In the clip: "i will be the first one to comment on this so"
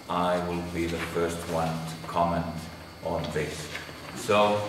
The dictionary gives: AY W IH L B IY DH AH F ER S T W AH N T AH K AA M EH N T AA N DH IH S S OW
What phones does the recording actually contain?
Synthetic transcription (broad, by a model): AY W IH L B IY DH AH F ER S T W AH N T AH K AA M EH N T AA N DH IH S S OW